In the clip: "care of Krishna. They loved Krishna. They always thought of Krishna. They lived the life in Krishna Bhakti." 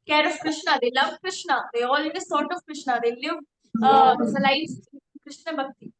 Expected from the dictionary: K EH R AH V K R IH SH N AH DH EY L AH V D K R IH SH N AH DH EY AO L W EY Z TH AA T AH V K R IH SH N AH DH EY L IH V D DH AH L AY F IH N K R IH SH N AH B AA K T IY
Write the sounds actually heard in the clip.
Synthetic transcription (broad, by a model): K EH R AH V K R IH SH N AH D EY L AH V K R IH SH N AH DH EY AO L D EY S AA T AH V K R IH SH N AH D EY L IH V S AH L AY IH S K R IH SH N AH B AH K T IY